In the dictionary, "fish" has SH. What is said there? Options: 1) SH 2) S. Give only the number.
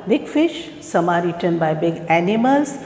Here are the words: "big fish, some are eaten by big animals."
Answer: 1